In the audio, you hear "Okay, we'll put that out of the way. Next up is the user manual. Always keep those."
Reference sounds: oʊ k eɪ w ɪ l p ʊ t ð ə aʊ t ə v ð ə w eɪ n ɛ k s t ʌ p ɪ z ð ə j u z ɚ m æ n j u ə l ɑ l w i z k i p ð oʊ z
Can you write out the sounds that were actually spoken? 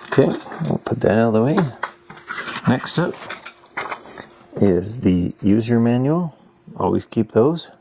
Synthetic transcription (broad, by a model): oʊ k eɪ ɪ p ʊ t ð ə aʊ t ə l ð ə w eɪ n ɛ k s t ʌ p ɪ z ð ə j u z ɚ m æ n j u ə l ɑ l w i z k i p ð oʊ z